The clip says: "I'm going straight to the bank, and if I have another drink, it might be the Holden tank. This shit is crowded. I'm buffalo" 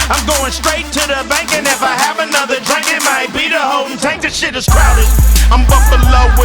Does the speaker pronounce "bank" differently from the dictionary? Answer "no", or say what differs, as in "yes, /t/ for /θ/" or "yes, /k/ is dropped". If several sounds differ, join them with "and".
no